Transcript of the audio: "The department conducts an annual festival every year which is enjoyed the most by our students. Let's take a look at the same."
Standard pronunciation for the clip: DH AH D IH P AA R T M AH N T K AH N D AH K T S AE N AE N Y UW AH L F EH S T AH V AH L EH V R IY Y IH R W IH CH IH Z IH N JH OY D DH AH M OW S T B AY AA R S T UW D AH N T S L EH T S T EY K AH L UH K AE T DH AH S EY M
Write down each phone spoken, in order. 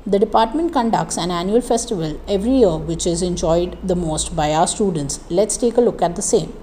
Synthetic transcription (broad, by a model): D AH D IH P AA R T M AH N T K AH N D AH K T S AE N AE N Y UW AH L F EH S T AH V AH L EH V R IY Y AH R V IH CH IH Z IH N JH OY D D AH M OW S T B AY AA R S T UW D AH N T S L EH T S T EY K AH L UH K AE T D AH S EY M